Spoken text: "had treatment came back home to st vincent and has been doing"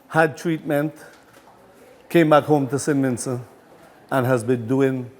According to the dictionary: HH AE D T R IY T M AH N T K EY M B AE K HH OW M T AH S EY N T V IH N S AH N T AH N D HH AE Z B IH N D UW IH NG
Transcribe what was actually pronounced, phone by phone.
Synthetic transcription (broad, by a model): HH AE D T R IY T M AH N T K EY M B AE K HH OW M T AH S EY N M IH N S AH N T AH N HH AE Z B IH N D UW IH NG